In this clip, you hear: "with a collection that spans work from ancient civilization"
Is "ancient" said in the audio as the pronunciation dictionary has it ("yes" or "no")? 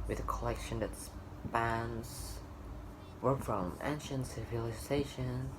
yes